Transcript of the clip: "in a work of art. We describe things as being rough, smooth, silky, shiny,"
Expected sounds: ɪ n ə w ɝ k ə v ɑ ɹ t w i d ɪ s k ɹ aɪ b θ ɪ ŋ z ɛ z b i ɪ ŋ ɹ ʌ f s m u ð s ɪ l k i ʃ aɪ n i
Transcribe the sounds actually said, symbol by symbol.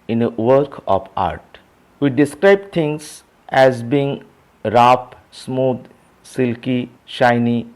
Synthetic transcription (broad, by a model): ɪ n ə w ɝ k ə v ɑ ɹ t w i d ɪ s k ɹ aɪ b t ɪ ŋ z ɛ z b i ɪ ŋ ɹ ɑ p s m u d s ɪ l k i ʃ aɪ n i